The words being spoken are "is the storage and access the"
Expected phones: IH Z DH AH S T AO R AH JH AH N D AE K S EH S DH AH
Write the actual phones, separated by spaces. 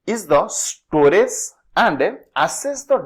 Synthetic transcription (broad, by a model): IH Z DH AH S T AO R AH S AH N D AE S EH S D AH